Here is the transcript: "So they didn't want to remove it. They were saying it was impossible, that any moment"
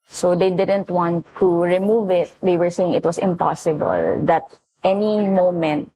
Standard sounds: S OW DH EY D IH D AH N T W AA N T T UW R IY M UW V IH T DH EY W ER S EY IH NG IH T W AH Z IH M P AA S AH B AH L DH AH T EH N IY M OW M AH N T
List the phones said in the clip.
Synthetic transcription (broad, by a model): S OW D EY D IH D AH N T W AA N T T UW R IY M UW V IH T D EY W ER S EY IH NG IH T W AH S IH M P AA S AH B AH L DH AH T EH N IY M OW M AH N T